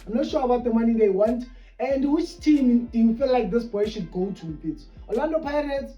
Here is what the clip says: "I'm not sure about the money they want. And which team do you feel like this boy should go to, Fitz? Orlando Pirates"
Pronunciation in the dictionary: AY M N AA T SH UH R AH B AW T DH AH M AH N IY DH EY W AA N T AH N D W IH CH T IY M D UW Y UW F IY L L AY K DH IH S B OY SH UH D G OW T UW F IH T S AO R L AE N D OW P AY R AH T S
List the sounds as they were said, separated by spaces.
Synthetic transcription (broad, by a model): AY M N AA T SH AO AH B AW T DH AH M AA N IY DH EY W AA N T AH N D W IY CH T IY M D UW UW F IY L L AY K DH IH S B OY SH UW D G OW T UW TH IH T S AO L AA N D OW P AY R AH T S